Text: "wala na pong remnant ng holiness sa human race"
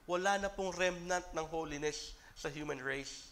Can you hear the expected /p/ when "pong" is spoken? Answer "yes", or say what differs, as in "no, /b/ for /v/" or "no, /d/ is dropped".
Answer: yes